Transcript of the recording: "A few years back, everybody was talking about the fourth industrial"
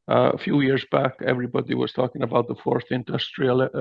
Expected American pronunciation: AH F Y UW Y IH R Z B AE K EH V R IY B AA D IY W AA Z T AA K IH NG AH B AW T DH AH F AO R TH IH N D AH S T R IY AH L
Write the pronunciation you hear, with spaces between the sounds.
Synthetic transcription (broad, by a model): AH F Y UW Y IH R Z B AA K EH V R IY B AA D IY W AA Z T AA K IH NG AH B AW T DH AH F AO R TH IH N D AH S T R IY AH L